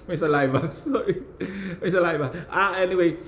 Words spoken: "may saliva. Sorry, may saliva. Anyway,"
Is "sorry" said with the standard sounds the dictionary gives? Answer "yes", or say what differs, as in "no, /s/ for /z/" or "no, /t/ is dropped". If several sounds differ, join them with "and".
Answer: no, /ɹ/ is dropped